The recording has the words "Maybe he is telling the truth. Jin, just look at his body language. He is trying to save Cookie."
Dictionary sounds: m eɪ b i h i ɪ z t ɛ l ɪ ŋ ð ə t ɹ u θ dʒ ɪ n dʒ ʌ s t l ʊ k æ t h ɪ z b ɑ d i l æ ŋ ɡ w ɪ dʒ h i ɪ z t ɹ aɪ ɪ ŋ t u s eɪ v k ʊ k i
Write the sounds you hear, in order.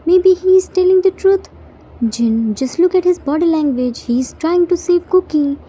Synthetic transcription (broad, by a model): m eɪ b i h i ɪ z t ɛ l ɪ ŋ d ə t ɹ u t dʒ ɪ n dʒ ʌ s t l ʊ k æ t h ɪ z b ɑ d i l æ ŋ ɡ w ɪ dʒ h i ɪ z t ɹ aɪ ɪ ŋ t u s eɪ v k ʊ k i